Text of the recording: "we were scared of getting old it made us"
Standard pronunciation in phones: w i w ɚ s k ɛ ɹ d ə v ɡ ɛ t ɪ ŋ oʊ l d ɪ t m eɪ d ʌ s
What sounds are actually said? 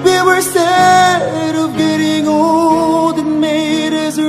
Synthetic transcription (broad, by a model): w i w ɚ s ɛ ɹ d ə v ɡ ɛ t ɪ ŋ oʊ l d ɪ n m eɪ d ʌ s